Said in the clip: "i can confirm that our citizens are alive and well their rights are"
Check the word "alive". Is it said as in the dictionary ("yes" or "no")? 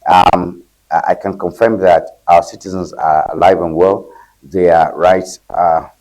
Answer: yes